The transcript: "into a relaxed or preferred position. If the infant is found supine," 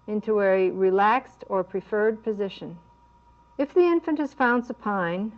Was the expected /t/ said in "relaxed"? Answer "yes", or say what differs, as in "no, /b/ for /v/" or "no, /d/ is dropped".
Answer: yes